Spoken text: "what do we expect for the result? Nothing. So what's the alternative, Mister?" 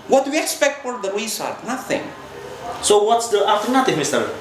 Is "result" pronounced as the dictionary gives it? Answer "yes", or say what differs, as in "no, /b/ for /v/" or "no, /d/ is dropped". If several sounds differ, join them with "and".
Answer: no, /s/ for /z/ and /l/ is dropped